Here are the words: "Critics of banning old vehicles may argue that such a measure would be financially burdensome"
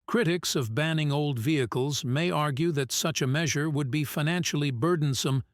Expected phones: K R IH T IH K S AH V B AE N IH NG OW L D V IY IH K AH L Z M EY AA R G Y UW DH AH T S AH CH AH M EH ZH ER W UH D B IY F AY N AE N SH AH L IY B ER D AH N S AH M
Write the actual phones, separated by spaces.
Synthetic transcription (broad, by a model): K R IH T IH K S AH V B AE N IH NG OW L D V IY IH K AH L Z M EY AA R G Y UW DH AH T S AH CH AH M EH ZH ER W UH D B IY F AY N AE N SH L IY B ER D N S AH M